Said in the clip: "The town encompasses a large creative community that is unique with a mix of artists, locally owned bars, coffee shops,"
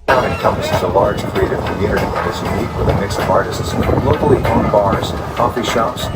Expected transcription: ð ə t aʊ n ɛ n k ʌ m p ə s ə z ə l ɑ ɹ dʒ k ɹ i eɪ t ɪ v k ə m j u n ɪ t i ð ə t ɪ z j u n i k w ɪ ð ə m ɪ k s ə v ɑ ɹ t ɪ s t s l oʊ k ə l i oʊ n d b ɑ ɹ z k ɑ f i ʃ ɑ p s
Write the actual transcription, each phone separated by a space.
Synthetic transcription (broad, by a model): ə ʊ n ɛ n k ʌ m p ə s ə z ə l ɑ ɹ dʒ k ɹ i eɪ t ɪ v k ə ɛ ɪ t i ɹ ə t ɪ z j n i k w ɪ ð ə m ɪ k s ə v ɑ ɹ t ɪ s t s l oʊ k l i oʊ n b ɑ ɹ z k ɑ f i ʃ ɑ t s